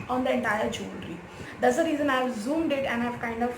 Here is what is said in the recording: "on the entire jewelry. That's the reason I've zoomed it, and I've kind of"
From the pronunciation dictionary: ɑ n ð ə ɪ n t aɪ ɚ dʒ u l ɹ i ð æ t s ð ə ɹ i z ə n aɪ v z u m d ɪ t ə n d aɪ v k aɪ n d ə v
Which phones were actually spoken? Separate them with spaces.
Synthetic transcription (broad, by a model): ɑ n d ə ɪ n t aɪ ɚ dʒ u n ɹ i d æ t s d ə ɹ i z ə n aɪ v z u m d ɪ t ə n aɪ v k aɪ n d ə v